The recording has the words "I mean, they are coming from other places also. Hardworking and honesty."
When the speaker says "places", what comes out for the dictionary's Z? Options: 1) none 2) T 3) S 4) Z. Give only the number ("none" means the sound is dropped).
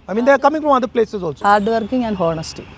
3